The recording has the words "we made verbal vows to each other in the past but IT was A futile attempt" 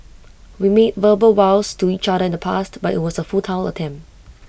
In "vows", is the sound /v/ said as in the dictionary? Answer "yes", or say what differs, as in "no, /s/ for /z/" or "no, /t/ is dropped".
no, /w/ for /v/